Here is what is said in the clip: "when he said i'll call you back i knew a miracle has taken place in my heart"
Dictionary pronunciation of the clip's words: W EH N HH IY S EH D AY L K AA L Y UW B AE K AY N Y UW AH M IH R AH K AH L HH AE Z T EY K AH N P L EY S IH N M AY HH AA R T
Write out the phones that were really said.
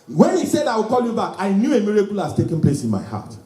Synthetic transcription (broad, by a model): W EH N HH IY S EH D AY W K AA L Y UW B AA K AY N Y UW AH M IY R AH K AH L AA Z T EY K AH N P L EY S IH N M AY HH AA T